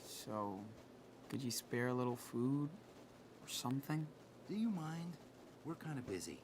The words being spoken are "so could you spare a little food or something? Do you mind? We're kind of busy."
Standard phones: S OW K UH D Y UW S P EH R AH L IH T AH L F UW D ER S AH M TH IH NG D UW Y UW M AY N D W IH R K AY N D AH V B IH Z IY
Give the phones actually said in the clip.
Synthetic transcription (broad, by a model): S OW UH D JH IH S P EH R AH L IH T L F UW D ER S AH M TH IH NG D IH Y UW M AY N D W IH R K AY N D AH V B IH Z IY